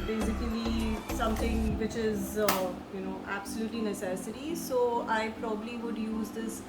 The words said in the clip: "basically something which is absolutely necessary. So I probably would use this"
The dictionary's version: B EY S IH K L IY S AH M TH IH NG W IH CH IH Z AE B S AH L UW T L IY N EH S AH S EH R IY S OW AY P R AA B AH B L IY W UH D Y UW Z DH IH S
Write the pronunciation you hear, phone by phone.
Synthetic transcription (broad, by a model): B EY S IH K L IY S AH M T IH NG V IH CH IH Z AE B S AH L UW T L IY N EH S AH S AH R IY S OW AY P R AA B AH B L IY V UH D Y UW Z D IH S